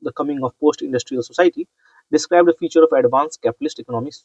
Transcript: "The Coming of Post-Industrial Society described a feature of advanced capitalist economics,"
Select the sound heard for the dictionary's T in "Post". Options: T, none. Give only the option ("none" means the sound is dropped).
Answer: T